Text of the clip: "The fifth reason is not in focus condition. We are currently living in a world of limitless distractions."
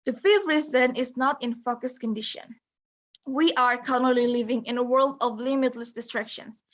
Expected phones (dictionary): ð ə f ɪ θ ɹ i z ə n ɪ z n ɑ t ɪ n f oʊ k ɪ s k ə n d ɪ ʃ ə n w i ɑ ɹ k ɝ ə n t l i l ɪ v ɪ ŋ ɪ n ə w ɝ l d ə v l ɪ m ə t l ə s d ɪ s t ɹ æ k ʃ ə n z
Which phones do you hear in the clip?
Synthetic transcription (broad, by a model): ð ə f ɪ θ ɹ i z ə n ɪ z n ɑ t ɪ n f oʊ k ɪ s k ə n d ɪ ʃ ə n w i ɑ ɹ k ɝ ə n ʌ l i l ɪ v ɪ ŋ ɪ n ə w ɝ l d ə v l ɪ m ə t l ə s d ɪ s t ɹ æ k ʃ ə n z